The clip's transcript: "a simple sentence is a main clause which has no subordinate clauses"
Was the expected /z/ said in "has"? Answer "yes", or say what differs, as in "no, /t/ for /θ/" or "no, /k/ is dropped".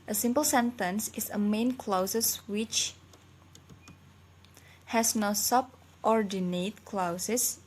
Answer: no, /s/ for /z/